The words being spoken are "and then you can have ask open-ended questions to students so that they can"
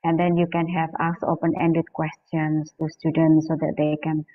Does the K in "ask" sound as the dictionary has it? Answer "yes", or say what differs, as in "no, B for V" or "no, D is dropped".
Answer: no, K is dropped